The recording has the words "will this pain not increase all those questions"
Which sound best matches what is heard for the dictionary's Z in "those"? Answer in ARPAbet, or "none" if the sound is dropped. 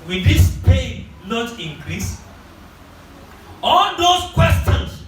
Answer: S